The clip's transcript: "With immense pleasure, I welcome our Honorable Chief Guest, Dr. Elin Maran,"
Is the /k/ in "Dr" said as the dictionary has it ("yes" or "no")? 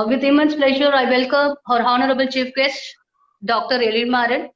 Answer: yes